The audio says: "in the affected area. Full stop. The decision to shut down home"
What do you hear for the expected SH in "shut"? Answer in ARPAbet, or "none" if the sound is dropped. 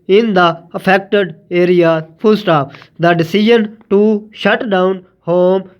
SH